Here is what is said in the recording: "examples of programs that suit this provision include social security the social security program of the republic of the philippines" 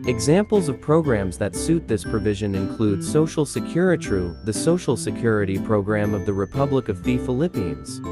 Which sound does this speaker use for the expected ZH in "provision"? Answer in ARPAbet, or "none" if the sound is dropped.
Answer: ZH